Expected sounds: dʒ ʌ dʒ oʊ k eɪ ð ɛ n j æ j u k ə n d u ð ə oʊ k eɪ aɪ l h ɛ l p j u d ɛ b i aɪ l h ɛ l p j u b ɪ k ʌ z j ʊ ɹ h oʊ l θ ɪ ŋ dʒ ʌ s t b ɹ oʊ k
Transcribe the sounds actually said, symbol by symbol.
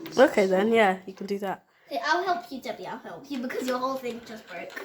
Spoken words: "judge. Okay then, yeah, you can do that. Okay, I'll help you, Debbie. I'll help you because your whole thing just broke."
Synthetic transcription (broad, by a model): oʊ k eɪ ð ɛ n j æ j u k ə n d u ð ə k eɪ aɪ l h ɛ l p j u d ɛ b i aɪ l h ɛ l p j u b ɪ k ʌ z j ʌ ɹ h oʊ l θ ɪ ŋ dʒ ʌ s t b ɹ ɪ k